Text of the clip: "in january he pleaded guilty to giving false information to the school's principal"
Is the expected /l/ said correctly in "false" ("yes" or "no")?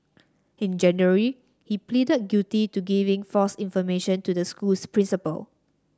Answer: no